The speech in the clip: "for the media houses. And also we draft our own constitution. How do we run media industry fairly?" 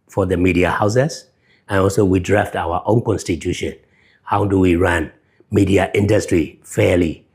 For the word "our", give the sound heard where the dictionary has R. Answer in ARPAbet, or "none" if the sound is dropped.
W